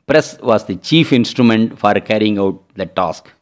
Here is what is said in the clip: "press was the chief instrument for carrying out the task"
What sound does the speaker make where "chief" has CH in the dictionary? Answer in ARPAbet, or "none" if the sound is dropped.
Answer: CH